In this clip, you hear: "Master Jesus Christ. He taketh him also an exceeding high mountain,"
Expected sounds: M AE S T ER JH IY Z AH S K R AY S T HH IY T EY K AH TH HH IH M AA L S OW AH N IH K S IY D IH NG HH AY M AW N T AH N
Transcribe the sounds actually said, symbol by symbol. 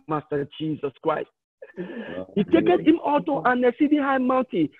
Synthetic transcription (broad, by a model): M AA S T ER JH IY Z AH S K R AY S T HH IY T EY K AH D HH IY M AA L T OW AH N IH S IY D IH HH AY M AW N T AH